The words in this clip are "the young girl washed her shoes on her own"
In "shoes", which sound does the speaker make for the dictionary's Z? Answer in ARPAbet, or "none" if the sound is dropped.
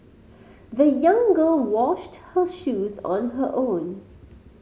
Z